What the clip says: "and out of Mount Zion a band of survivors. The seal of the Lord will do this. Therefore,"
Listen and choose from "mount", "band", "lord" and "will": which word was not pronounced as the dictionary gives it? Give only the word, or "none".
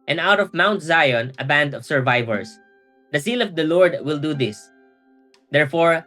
none